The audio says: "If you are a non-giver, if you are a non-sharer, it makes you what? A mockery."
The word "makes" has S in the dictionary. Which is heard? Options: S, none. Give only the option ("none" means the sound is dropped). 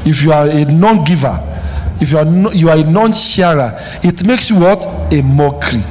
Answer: S